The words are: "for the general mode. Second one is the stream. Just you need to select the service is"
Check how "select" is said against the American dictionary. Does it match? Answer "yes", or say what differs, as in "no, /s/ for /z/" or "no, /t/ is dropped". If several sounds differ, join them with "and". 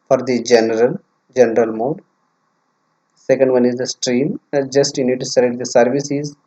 no, /k/ is dropped